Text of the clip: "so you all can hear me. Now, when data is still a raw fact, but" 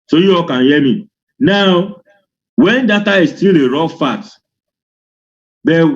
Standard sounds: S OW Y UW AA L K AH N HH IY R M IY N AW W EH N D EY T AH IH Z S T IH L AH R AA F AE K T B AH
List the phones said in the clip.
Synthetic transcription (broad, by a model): S OW Y UW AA K AH N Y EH M IY N AW W EH N D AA T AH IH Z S T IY L AH R AA F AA T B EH